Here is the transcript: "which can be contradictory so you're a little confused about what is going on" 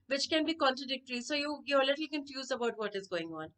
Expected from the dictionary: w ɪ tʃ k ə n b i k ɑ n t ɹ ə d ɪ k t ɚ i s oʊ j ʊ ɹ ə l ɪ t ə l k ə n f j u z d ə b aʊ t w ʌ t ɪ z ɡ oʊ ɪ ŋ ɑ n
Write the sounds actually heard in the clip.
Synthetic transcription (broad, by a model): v ɪ tʃ k ə n b i k ɑ n t ɹ ə d ɪ k t ɚ i s oʊ j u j ə l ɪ t l k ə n f j u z ə b aʊ t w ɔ t ɪ z ɡ oʊ ɪ ŋ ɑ n